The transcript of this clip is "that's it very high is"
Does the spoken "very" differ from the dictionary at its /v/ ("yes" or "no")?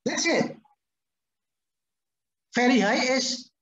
yes